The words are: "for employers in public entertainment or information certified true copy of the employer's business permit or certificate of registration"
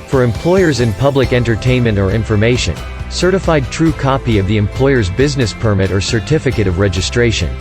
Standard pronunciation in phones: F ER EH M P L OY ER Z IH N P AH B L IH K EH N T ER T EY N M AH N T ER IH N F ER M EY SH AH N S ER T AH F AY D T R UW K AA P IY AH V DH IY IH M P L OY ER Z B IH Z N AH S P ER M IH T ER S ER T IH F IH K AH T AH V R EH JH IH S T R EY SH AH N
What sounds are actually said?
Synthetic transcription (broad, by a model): F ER EH M P L OY ER Z IH N P AH B L IH K EH N T ER T EY N M AH N T ER IH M F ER M EY SH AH N S ER T AH F AY D T R UW K AA P IY AH V DH IY IH M P L OY ER Z B IH Z N AH S P ER M IH T ER S ER T IH F IH K AH T AH V R EH JH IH S T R EY SH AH N